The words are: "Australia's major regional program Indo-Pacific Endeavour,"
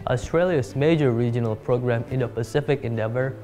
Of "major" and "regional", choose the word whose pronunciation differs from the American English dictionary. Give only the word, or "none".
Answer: none